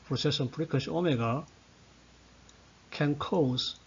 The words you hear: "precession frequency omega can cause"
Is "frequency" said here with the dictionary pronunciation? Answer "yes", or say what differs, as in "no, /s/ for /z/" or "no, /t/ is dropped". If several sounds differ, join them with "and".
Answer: no, /p/ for /f/